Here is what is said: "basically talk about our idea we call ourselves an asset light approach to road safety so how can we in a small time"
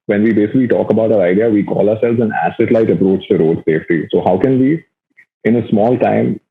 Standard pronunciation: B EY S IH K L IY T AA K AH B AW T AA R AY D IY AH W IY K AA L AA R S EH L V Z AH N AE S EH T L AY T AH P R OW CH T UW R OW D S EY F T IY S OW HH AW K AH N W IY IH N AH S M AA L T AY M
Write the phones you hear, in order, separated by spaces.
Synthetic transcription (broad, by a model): B EY S IH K L IY T AA K AH B AW T AA R AY D IY AH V IY K AA L AA R S EH L V Z AH N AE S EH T L AY T AH P R OW CH T UW R OW D S EY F T IY S OW HH AW K AH N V IY IH N AH S M AA L T AY M